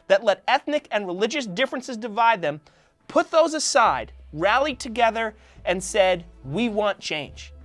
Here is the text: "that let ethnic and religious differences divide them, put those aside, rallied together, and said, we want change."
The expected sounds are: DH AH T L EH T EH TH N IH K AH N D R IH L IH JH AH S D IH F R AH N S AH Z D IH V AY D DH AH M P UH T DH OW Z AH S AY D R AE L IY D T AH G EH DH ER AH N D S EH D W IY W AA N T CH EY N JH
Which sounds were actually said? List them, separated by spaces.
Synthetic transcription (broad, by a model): DH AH T L EH T EH TH N IH K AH N R IH L IH JH AH S D IH F R AH N S AH Z D IH V AY D DH AH M P UH T DH OW Z AH S AY D R AE L IY T AH G EH DH ER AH N S EH D W IY W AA N CH EY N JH